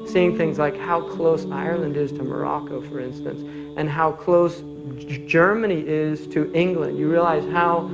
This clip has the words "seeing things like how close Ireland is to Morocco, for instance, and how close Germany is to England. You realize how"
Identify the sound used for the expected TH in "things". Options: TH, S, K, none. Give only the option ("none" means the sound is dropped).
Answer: TH